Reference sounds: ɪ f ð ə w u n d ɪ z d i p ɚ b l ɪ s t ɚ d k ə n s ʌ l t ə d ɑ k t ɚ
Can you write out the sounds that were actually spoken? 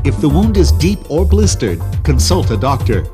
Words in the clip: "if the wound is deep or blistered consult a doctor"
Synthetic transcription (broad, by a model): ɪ f ð ə w u n d ɪ z d i p ɚ b l ɪ s t ɚ d k ə n s ʌ l t ə d ɑ k t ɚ